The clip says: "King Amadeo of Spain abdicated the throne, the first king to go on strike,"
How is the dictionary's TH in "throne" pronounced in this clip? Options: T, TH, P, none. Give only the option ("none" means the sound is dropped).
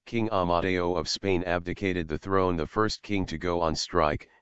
TH